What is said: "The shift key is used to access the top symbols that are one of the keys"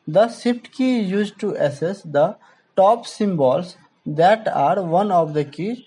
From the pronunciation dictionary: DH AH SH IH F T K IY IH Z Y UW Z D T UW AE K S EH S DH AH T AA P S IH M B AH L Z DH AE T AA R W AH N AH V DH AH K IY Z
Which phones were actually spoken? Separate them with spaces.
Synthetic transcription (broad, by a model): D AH S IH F T K IY Y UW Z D T UW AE S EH S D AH T AA P S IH M B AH L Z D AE T AA R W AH N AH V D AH K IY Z